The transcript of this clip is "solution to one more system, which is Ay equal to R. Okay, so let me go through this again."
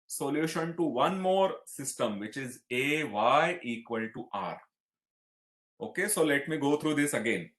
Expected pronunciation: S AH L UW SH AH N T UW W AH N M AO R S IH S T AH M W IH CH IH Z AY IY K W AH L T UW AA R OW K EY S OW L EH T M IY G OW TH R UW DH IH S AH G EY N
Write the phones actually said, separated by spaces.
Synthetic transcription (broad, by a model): S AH L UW SH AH N T UW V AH N M AO R S IH S T AH M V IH CH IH Z AY IY K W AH L T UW AA R OW K EY S OW L EH T M IY G OW T R UW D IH S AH G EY N